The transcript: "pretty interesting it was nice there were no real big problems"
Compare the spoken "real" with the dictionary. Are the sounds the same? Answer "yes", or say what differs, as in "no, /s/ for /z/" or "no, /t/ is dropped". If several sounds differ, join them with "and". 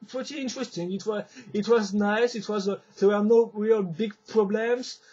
yes